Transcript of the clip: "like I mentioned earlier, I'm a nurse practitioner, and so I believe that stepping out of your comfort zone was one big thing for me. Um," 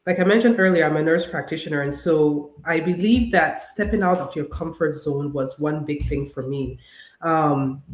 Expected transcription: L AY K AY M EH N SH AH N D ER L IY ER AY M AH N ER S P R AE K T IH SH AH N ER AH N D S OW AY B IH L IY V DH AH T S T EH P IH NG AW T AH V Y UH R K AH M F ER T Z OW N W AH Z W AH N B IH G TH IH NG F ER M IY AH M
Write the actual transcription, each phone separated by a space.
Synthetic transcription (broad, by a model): L AY K AY M EH N SH AH N D ER L IY ER AY M AH N ER S P R AE K T IH SH AH N ER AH N S OW AY B IH L IY V DH AH T S T EH P IH NG AW T AH V Y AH R K AH M F ER T Z OW N W AH Z W AH N B IH G TH IH NG F ER M IY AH M